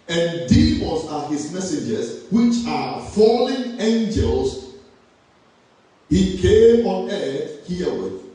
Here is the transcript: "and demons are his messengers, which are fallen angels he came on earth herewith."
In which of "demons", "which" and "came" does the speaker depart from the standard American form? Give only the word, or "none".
demons